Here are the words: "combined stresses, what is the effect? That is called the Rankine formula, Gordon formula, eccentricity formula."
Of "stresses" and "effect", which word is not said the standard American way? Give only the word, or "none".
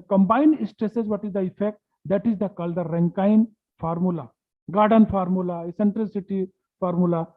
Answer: none